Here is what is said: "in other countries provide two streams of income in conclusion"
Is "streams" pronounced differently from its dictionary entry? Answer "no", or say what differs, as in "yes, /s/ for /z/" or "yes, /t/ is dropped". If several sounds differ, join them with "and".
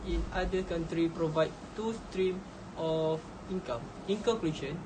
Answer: yes, /z/ is dropped